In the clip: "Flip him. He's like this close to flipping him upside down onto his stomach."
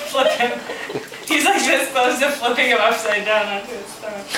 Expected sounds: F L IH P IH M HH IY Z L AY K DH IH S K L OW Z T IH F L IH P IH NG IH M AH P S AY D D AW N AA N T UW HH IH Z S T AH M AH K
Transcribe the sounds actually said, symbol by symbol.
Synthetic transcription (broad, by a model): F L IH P IH M HH IY Z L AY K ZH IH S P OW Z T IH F L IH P IH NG IH M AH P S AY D D AW N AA T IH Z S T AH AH